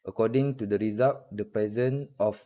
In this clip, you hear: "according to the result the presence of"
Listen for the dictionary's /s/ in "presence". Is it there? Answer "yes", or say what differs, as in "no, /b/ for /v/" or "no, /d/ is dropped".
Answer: no, /s/ is dropped